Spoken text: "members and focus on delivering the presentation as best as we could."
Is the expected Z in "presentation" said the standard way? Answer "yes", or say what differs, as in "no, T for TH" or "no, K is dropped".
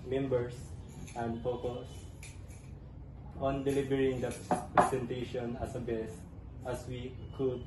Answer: no, S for Z